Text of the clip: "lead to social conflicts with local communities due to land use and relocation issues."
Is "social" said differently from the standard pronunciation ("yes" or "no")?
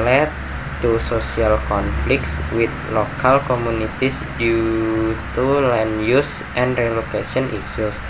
yes